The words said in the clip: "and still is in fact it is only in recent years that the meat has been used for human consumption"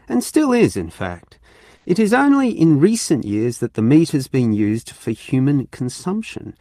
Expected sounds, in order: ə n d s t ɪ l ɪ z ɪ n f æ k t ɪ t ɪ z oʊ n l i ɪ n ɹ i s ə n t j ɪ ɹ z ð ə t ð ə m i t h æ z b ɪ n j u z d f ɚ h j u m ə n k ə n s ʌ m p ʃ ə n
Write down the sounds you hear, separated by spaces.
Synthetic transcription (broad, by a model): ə n s t ɪ l ɪ z ɪ n f æ k t ɪ t ɪ z oʊ n l i ɪ n ɹ i s ə n t j ɪ ɹ z ð ə t ð ə m i t h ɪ z b ɪ n j u z d f ɚ h j u m ə n k n s ʌ m p ʃ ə n